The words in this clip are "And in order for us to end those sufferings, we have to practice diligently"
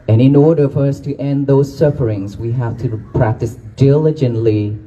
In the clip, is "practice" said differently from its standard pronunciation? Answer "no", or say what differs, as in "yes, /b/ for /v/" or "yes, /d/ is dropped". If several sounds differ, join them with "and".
no